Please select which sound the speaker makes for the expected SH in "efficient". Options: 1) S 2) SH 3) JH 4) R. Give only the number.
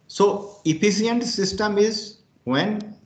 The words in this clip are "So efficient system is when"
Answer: 1